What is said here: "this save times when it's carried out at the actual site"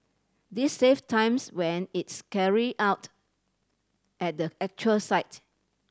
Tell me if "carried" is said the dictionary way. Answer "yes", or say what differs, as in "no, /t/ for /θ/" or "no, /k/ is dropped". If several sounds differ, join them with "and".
no, /d/ is dropped